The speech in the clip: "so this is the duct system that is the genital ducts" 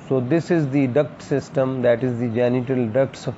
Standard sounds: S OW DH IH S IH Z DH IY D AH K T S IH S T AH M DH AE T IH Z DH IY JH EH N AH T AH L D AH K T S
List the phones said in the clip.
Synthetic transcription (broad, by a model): S OW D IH S IH Z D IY D AH K T S IH S T AH M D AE T IH Z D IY JH EH N AH T AH L D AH K T S